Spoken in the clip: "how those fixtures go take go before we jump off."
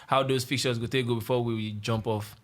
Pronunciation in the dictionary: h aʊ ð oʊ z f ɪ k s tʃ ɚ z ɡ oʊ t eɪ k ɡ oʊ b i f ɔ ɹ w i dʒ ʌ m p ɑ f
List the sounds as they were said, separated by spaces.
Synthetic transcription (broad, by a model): h aʊ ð oʊ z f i k tʃ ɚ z ɡ oʊ t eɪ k ɡ oʊ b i f ɔ w w i dʒ ʌ m p ɑ f